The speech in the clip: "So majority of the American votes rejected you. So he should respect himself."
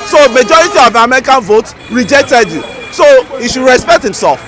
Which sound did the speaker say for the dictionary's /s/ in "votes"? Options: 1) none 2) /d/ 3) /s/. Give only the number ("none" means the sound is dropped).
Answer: 1